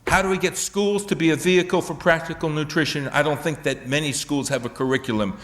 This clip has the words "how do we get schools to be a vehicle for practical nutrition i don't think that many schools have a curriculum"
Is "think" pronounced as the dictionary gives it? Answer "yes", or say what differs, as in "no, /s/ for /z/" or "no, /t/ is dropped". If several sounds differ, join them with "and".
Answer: yes